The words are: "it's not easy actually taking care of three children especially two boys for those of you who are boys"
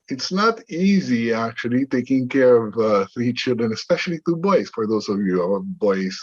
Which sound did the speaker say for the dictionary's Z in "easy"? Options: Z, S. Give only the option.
Z